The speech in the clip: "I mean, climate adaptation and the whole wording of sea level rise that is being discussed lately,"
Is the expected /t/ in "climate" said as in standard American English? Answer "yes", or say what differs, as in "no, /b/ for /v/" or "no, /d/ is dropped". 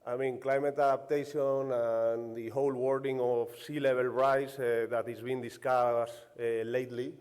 yes